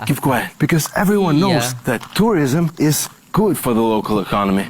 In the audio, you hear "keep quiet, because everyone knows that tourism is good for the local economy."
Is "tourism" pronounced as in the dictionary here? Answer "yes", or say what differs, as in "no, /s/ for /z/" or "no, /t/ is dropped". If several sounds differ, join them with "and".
yes